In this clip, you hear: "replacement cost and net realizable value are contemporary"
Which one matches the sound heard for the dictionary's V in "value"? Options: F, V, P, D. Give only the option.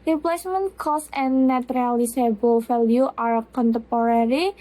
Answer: F